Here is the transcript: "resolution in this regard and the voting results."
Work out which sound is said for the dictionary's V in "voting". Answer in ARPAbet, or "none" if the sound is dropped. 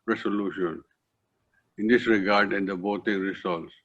B